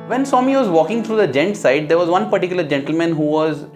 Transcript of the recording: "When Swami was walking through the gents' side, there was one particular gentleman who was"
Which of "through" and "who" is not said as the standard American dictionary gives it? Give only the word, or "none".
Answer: through